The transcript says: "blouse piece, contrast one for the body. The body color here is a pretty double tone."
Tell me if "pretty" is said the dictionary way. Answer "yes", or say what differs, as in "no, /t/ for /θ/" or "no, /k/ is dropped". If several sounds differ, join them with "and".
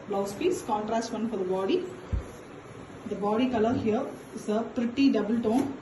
yes